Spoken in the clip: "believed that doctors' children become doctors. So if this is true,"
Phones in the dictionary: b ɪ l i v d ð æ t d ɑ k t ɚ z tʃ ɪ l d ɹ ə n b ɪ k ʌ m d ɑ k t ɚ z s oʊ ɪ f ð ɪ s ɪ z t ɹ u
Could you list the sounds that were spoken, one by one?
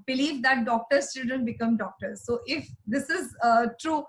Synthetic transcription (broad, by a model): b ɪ l i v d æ t d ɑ k t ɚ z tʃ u d ə n b ɪ k ʌ m d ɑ k t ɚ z s oʊ ɪ f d ɪ s ɪ z t ɹ u